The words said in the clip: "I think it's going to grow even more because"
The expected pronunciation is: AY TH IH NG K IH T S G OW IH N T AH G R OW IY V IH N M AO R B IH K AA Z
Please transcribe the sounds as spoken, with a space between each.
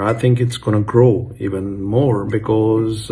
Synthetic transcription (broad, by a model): AY TH IH NG K IH T S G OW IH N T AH G R OW IY V IH N M AO R B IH K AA Z